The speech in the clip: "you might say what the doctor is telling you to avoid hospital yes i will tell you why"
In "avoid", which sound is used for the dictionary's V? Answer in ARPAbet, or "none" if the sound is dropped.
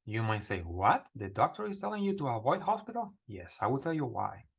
V